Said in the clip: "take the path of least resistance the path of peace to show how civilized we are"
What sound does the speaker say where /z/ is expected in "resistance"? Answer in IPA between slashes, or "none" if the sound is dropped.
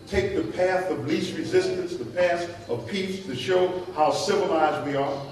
/z/